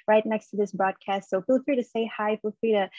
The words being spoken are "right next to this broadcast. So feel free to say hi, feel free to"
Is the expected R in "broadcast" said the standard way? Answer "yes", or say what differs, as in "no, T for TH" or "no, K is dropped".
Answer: yes